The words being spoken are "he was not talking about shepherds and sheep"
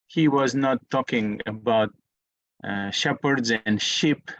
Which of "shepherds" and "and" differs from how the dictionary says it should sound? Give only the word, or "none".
none